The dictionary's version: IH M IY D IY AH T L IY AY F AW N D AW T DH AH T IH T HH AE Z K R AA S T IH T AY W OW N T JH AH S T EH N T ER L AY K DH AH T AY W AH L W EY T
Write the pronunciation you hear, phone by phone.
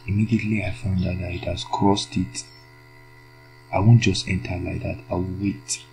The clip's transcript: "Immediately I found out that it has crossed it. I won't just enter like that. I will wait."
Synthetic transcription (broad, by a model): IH M IY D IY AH T L IY AY F AW N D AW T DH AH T IH T HH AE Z K R AA S T IH T AY W OW N T JH AH S T EH N T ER L AY K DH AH T AY W AH L W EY T